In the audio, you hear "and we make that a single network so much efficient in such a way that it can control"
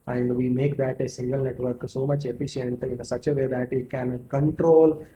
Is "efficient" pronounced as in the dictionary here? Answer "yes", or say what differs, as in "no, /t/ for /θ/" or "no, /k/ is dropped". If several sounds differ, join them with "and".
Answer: yes